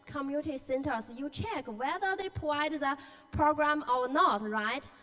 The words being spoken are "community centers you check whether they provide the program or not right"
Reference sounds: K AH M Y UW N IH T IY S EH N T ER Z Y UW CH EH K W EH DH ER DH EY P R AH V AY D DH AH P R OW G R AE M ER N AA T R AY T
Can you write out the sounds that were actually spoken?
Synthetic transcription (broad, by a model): K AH M Y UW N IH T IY S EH N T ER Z Y UW CH EH K W EH DH ER DH EY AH P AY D DH AH P R OW G R AE M ER N AA T R AY T